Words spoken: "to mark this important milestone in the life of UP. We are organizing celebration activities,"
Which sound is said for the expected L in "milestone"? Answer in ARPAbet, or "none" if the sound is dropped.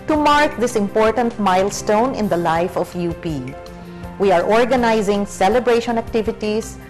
L